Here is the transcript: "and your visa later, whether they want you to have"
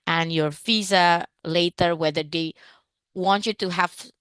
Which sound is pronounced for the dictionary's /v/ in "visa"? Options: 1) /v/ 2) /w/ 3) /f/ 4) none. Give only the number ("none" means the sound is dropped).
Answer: 3